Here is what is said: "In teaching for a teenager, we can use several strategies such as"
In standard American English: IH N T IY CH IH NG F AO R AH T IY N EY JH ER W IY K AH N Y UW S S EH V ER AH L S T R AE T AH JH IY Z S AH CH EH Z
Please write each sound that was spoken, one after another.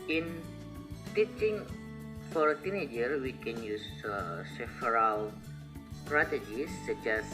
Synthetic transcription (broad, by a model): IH N T IY CH IH NG F AO R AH T IY N EY JH ER W IY K AH N Y UW S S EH F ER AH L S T R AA T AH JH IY S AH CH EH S